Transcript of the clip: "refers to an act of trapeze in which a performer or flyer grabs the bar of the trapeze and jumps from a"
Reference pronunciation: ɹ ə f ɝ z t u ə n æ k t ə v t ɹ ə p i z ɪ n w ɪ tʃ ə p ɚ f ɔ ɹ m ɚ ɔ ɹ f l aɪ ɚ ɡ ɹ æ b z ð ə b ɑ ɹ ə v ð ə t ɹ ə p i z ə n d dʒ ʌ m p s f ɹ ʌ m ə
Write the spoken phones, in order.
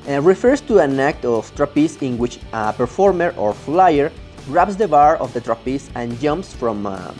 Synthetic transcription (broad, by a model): ɹ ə f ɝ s t u ə n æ k t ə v t ɹ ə p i s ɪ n w ɪ tʃ ə p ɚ f ɔ ɹ m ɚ ɔ ɹ f l aɪ ɚ ɹ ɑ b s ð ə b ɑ ɹ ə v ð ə t ɹ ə p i s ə n dʒ ʌ m p s f ɹ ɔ m